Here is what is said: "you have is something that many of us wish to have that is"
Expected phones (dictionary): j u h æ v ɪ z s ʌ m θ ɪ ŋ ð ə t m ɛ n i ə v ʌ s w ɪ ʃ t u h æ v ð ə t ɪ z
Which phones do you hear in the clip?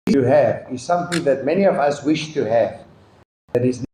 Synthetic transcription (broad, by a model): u h æ v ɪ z s ʌ m θ ɪ ŋ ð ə t m ɛ n i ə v ʌ s w ɪ ʃ t u h æ v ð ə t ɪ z